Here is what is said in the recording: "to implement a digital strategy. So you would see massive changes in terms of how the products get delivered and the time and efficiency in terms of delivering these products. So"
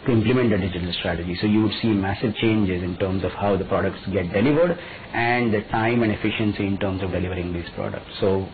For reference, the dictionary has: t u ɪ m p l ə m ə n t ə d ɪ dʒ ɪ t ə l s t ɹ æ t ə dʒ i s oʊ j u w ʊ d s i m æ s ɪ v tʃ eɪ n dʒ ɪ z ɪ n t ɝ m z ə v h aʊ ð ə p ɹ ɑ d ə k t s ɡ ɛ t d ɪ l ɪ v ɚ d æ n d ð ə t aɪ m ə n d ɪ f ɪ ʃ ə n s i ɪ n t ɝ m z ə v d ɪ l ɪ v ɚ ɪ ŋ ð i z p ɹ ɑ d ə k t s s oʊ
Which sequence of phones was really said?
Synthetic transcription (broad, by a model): t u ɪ m p l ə m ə n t ə d ɪ dʒ ɪ t ə l s t ɹ æ t ə dʒ i s oʊ j u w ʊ d s i m æ s ɪ v tʃ eɪ n dʒ ɪ z ɪ n t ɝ m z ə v h aʊ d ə p ɹ ɑ d ə k t s ɡ ɛ t d ɪ l ɪ v ɚ d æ n d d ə t aɪ m ə n d ɪ f ɪ ʃ ə n s i ɪ n t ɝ m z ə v d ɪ l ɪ v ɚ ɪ ŋ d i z p ɹ ɑ d ə k t s s oʊ